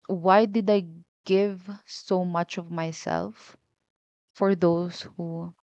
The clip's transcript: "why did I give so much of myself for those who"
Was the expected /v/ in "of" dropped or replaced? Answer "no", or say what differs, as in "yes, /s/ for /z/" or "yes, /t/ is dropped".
no